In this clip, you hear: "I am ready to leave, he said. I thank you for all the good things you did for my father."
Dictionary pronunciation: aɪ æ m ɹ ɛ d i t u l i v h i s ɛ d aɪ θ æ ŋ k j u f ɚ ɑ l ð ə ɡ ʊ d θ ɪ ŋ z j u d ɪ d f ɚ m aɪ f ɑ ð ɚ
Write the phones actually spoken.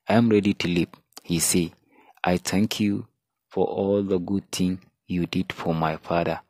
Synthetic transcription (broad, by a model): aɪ m ɹ ɛ d i t u l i p h i s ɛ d aɪ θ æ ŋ k j u f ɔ ɑ l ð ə ɡ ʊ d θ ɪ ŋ j u d ɪ d f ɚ m aɪ f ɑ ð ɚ